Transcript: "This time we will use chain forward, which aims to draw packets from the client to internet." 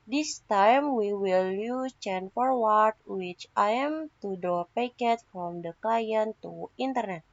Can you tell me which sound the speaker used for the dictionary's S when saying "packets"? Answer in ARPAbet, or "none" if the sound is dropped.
none